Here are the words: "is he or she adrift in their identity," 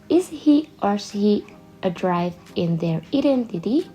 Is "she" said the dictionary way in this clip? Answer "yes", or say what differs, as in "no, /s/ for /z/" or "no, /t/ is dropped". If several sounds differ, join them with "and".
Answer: no, /s/ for /ʃ/